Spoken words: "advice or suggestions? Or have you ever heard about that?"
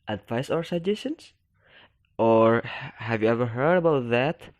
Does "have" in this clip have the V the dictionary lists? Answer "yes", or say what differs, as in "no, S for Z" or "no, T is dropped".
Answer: yes